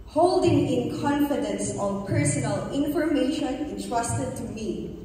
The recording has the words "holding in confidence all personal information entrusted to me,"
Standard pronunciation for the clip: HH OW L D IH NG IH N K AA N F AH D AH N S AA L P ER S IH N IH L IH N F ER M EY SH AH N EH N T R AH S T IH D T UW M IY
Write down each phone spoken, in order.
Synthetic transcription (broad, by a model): HH OW L D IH NG IH N K AA N F AH D AH N S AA N P ER S IH N IH L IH N F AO M EY SH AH N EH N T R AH S T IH D T UW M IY